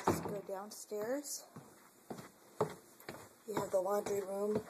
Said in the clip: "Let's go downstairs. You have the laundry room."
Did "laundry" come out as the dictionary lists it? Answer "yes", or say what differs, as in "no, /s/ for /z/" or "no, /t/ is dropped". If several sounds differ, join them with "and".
no, /w/ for /l/